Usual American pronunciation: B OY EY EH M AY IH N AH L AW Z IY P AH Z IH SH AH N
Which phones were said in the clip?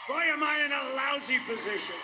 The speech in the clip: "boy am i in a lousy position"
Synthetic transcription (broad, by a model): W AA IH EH M AY IH N AH L AW Z IY P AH Z IH SH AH N